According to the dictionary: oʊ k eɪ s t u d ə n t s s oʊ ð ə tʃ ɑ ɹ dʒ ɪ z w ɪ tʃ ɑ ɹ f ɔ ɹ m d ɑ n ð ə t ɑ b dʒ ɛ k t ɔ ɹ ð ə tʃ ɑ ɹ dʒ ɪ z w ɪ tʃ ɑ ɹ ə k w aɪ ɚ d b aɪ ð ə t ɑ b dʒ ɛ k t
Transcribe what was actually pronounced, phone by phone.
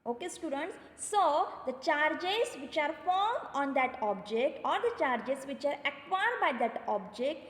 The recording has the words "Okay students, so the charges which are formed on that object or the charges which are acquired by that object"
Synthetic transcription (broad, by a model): oʊ k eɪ s t u d ə n t s s oʊ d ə tʃ ɑ ɹ dʒ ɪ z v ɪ tʃ ɑ ɹ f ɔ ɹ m ɑ n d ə t ɑ b dʒ ɛ k t ɔ ɹ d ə tʃ ɑ ɹ dʒ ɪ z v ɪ tʃ ɑ ɹ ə k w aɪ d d b aɪ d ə t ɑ b dʒ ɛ k t